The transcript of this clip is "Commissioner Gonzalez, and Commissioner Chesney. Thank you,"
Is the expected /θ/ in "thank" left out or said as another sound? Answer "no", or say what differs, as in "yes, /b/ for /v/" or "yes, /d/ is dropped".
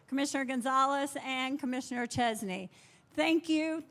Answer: no